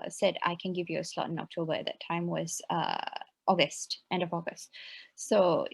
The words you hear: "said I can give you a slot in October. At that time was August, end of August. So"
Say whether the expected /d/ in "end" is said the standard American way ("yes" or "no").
yes